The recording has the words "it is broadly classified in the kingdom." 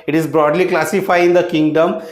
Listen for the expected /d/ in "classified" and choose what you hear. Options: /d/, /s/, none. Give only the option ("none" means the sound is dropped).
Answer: none